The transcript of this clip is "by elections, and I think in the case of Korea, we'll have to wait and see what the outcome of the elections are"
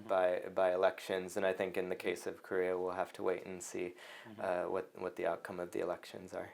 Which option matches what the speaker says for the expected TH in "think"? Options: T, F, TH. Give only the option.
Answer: TH